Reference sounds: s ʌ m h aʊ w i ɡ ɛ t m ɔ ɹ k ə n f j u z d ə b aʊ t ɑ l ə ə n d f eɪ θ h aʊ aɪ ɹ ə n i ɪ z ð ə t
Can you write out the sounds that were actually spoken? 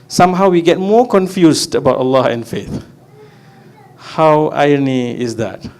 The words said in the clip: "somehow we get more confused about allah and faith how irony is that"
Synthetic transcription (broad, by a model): s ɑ m h aʊ w i ɡ ɛ t m ɔ k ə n f j u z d ə b aʊ t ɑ l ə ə n f eɪ θ h aʊ aɪ ə n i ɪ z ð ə t